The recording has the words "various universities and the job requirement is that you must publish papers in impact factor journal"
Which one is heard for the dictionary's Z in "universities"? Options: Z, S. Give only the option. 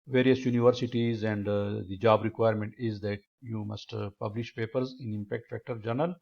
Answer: Z